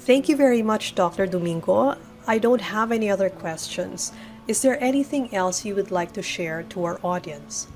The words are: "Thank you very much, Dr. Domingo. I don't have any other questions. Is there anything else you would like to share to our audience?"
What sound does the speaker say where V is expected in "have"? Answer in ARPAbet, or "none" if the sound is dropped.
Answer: V